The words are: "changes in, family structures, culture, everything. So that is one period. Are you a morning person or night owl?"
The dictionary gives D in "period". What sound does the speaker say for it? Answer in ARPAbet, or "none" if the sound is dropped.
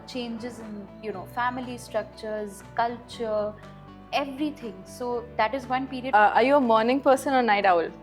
none